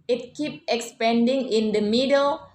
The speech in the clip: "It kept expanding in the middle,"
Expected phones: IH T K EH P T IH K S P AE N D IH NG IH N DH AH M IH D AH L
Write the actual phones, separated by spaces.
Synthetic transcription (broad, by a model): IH T K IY P IH K S P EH N D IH NG IH N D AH M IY D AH L